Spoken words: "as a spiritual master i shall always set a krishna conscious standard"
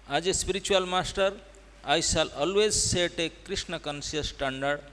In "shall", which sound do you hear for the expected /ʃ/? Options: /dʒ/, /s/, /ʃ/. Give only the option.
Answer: /s/